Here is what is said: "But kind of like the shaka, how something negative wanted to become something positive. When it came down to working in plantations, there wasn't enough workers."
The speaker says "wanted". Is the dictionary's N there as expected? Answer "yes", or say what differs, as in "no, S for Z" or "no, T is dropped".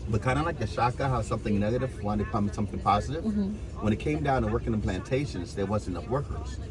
no, N is dropped